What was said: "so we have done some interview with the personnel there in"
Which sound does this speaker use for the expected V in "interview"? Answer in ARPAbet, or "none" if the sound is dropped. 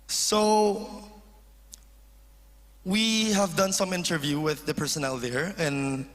V